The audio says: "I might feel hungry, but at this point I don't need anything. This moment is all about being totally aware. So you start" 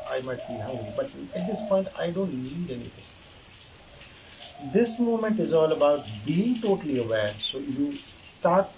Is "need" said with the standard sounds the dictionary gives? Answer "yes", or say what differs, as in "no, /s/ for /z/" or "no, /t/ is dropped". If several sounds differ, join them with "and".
no, /l/ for /n/